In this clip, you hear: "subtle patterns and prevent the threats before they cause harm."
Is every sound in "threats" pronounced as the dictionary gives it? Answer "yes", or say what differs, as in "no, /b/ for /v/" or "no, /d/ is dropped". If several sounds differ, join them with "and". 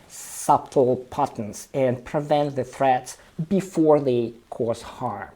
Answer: yes